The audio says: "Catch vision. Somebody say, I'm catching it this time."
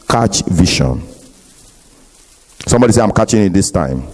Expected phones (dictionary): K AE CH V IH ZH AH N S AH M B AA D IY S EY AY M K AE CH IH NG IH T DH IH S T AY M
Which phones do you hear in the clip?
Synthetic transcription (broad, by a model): K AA CH V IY SH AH N S AH M B AA D IY S EY AY M K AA CH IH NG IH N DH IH S T AY M